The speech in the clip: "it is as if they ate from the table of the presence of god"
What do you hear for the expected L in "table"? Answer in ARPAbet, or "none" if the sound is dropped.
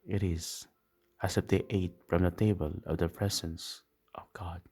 L